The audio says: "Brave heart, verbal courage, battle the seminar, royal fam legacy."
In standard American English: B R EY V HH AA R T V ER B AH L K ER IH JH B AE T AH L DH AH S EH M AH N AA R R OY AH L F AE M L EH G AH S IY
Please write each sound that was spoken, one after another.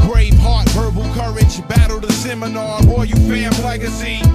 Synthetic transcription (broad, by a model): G R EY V HH AA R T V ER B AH L K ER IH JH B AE T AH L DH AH S EH M AH N AA R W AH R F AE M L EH G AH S IY